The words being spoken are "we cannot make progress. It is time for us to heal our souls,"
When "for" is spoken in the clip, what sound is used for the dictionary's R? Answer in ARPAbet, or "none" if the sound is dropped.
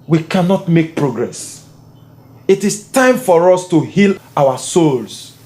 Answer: R